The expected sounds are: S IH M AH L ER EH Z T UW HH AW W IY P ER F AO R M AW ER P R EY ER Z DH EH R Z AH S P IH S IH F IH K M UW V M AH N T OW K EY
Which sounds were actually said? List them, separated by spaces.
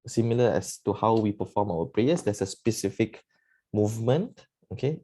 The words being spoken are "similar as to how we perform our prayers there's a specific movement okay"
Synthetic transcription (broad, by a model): S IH M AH L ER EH S T UW HH AW W IY P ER F AO M AW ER P R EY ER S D EH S AH S P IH S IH F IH K M UW V M AH N T OW K EY